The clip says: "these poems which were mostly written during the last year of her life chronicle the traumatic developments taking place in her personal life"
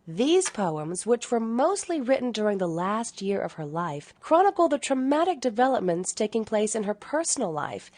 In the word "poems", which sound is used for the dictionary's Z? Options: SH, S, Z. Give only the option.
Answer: Z